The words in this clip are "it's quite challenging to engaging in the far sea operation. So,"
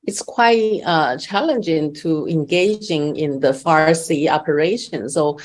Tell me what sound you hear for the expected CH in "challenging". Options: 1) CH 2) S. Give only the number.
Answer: 1